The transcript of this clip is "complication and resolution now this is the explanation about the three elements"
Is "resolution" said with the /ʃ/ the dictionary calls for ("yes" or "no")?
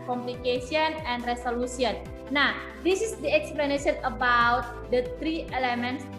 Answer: no